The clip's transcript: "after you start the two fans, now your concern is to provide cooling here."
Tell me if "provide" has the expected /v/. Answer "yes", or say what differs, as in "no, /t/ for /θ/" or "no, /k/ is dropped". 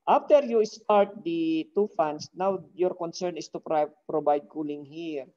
no, /b/ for /v/